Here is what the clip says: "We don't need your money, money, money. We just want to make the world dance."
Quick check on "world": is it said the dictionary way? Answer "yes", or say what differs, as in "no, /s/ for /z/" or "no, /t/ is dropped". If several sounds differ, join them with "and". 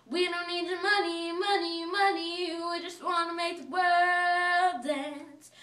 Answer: no, /l/ is dropped